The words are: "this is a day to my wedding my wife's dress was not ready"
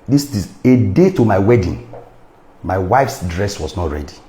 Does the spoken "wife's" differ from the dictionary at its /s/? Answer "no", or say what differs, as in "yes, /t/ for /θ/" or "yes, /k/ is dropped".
no